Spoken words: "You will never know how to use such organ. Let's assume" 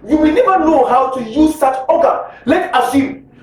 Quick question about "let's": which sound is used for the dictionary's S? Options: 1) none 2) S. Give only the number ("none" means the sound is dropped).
1